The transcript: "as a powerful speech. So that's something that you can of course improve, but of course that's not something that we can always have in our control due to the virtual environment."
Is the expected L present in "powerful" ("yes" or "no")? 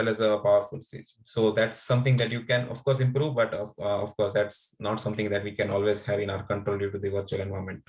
yes